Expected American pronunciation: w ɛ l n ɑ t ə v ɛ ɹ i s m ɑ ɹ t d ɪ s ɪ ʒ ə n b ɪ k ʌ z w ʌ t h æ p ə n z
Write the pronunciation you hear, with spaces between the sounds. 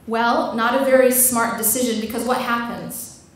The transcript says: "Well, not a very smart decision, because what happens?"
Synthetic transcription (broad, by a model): w ɛ l n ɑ t ə v ɛ ɹ i s m ɑ ɹ t d ɪ s ɪ ʒ ə n b ɪ k ʌ z w ʌ t h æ p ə n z